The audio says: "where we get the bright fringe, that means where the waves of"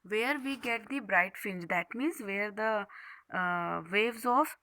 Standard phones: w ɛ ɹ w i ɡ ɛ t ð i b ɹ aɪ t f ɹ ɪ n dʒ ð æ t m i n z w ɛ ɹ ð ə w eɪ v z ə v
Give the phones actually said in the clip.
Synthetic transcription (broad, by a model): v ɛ ɹ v i ɡ ɛ t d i b ɹ aɪ t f ɪ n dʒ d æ t m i n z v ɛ ɹ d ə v eɪ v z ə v